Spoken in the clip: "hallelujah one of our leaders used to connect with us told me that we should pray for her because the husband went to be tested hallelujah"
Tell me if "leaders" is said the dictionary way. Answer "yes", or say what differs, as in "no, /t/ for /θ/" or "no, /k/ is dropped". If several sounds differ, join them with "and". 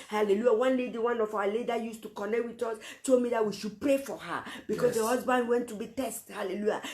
no, /z/ is dropped